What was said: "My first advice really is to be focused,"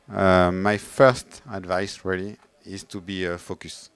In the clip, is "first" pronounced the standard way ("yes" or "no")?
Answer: yes